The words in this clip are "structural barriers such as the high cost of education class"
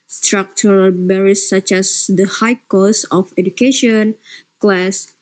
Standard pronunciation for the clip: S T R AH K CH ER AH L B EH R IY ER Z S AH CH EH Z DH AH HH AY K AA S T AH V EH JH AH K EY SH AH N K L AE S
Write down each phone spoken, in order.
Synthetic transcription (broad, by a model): S T R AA K CH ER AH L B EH R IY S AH CH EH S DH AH HH AY K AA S AH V EH JH AH K EY SH AH N K L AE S